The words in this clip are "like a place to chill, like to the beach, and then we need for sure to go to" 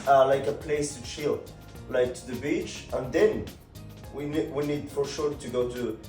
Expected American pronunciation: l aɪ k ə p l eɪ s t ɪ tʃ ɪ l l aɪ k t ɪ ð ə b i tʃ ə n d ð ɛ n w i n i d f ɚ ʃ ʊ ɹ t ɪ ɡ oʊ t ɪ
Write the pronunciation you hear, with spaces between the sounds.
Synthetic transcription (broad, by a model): l aɪ k ə p l eɪ s t ɪ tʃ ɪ l l aɪ k t ɪ ð ə b i tʃ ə n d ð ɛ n w i n i d f ɚ ʃ ʊ ɹ t ɪ ɡ oʊ t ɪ